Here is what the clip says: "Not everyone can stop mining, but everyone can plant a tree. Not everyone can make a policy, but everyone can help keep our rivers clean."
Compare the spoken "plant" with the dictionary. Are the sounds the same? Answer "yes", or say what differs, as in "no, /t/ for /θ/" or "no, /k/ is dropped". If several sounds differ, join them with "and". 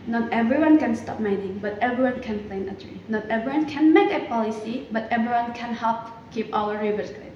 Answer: no, /t/ is dropped